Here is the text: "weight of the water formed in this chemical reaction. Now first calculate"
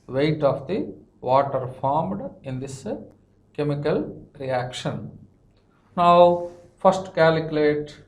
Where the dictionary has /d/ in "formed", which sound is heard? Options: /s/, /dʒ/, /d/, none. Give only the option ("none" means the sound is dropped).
/d/